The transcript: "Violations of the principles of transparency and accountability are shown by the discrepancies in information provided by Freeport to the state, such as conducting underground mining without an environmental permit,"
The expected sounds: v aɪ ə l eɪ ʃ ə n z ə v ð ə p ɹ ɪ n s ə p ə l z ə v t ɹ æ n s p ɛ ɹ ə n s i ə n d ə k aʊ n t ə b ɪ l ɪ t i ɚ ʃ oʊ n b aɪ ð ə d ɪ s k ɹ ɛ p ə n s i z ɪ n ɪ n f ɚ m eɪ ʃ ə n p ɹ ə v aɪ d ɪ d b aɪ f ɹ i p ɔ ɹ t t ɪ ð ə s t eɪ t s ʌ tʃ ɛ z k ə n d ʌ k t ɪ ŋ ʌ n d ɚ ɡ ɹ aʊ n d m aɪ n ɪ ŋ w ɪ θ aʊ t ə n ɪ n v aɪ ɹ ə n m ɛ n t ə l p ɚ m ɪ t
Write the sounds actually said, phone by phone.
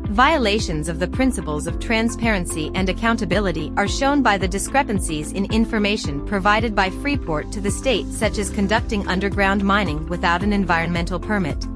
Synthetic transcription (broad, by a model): v aɪ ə l eɪ ʃ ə n z ə v ð ə p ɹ ɪ n s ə p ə l z ə v t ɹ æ n s p ɛ ɹ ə n s i ə n d ə k aʊ n t ə b ɪ l ɪ t i ɚ ʃ oʊ n b aɪ ð ə d ɪ s k ɹ ɛ p ə n s i z ɪ n ɪ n f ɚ m eɪ ʃ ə n p ɹ ə v aɪ d ɪ d b aɪ f ɹ i p ɔ ɹ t t ɪ ð ə s t eɪ t s ʌ tʃ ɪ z k ə n d ʌ k t ɪ ŋ ʌ n d ɚ ɡ ɹ aʊ n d m aɪ n ɪ ŋ w ɪ θ aʊ t ə n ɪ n v aɪ ɹ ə n m ɛ n t l p ɚ m ɪ t